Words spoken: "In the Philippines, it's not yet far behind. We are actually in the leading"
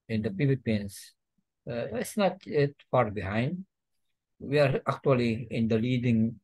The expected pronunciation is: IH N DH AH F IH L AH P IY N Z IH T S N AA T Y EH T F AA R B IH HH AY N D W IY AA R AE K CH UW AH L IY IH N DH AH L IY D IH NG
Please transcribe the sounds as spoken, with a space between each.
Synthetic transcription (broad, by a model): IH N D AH P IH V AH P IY N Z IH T S N AA T Y EH T F AA R B IH HH AY N D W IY AA R AE K CH UW AH L IY IH N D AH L IY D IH NG